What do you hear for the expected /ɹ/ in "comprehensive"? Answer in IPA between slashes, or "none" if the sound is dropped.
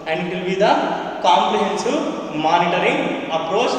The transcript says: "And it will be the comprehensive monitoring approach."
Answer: /l/